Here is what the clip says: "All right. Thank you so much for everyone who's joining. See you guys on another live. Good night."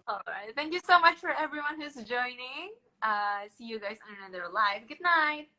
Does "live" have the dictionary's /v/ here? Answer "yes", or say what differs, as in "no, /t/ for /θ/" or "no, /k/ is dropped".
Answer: yes